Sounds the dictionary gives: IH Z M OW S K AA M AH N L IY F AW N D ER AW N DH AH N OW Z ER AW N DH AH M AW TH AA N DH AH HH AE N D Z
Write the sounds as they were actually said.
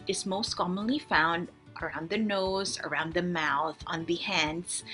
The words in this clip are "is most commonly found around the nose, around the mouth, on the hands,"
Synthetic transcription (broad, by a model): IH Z M OW S K AA M AH N L IY F AW N D ER AW N DH AH N OW Z ER AW N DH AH M AW TH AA N DH AH HH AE N D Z